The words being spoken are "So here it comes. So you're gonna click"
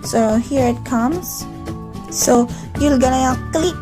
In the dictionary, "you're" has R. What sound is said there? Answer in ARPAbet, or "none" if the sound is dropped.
L